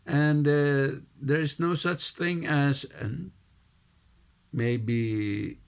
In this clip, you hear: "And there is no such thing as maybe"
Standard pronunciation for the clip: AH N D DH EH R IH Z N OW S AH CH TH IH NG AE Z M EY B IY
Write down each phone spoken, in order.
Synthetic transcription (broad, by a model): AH N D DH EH R IH Z N OW S AH CH TH IH NG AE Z M EY B IY